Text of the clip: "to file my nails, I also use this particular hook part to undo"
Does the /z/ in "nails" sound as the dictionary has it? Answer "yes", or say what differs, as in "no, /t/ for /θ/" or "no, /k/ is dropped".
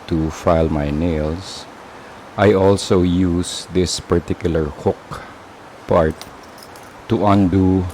no, /s/ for /z/